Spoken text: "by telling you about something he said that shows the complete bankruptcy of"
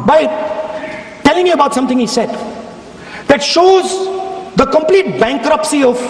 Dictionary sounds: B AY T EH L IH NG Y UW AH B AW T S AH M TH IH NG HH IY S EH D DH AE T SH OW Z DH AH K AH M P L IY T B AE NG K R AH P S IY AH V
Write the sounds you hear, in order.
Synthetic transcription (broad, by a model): B AY T EH L IH NG Y UW AH B AW T S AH M T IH NG HH IY S EH D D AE T SH OW Z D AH K AH M P L IY T B AE NG K R AH P S IY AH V